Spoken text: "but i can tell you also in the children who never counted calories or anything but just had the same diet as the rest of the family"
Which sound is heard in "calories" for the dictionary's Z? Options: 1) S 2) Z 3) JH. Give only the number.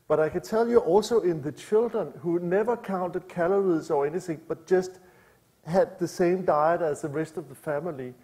1